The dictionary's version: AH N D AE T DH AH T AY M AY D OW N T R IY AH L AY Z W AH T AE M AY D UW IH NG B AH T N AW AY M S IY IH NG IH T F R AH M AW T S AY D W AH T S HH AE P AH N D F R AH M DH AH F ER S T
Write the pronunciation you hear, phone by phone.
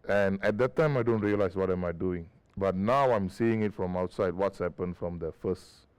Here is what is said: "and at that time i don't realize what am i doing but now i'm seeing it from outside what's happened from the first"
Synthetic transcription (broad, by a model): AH N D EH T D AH T AY M AY D OW N T R IY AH L AY S W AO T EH M AY D UW IH NG B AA T N AW AY M S IY IH NG IH T F R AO M AW T S AY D W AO T S HH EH P AH N F R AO M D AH F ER S T